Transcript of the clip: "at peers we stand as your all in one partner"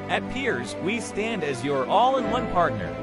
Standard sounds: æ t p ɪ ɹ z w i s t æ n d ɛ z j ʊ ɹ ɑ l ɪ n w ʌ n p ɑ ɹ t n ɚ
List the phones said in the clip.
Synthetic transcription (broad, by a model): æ t p ɪ ɹ z w i s t æ n d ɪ z j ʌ ɹ ɑ l ɪ n w ʌ n p ɑ ɹ t n ɚ